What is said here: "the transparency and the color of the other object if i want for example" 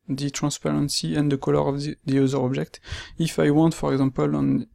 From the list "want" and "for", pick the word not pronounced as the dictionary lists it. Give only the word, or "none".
none